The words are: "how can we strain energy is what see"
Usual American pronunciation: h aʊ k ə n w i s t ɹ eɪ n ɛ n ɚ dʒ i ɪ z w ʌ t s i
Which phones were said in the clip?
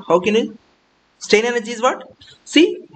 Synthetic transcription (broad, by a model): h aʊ k ə n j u s t eɪ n ɛ n ɚ dʒ i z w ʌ t s i